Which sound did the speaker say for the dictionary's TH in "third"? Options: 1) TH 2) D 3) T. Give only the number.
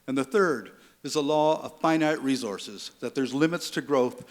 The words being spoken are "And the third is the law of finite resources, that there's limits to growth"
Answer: 1